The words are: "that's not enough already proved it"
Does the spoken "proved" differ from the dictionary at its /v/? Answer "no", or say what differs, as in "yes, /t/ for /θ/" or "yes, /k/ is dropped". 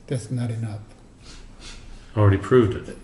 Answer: no